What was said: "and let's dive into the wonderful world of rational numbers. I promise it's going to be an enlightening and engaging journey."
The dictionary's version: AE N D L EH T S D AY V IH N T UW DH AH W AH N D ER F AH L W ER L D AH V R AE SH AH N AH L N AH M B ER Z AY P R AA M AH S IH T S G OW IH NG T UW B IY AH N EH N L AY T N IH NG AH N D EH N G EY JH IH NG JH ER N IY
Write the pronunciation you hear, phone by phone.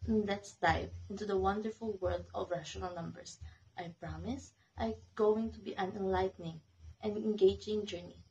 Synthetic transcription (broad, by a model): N L EH T S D AY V IH N T UW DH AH W AH N D ER F AH L W ER L D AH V R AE SH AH N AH L N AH M B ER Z AY P R AA M AH S T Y G OW IH NG T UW B IY AH N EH N L AY T N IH NG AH N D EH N G EY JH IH NG JH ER N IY